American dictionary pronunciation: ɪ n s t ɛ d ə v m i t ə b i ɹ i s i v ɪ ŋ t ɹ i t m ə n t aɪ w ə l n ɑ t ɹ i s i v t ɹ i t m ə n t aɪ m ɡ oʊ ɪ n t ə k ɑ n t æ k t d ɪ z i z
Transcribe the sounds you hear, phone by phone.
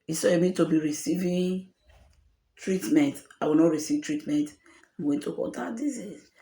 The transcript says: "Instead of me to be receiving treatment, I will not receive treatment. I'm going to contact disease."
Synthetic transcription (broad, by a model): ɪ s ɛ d m i t ə b i ɹ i s i v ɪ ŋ t ɹ i t m ə n t aɪ w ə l n ɑ t ɹ i s i v t ɹ i t m ə n t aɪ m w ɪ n t ə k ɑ t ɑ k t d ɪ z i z